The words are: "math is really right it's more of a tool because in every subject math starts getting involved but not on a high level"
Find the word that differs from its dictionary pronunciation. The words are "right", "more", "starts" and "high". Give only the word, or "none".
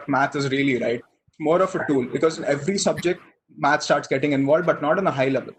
right